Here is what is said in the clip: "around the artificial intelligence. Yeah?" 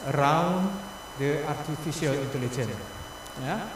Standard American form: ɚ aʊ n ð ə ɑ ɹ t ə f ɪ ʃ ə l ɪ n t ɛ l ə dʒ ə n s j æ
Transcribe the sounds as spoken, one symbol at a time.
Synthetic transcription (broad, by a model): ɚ aʊ n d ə ɑ ɹ t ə f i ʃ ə l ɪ n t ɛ l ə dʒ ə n j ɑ